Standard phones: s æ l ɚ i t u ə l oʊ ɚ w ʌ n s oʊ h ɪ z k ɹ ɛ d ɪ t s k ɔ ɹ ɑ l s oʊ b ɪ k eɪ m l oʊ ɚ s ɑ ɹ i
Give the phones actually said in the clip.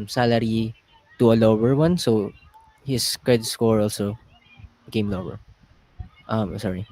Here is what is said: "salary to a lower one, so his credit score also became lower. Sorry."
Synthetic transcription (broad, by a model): s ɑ l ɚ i t u ə l oʊ ɚ w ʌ n s oʊ h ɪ s k ɹ ɛ d ɪ t s k ɔ ɹ ɑ l s oʊ b ɪ k eɪ m l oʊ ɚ s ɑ ɹ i